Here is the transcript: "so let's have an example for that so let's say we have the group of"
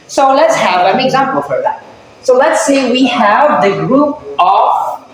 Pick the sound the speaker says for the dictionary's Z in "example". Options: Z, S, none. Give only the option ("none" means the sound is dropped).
Z